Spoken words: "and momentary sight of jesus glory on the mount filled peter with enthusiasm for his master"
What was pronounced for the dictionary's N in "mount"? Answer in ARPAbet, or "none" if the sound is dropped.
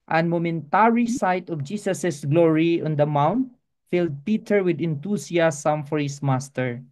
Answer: N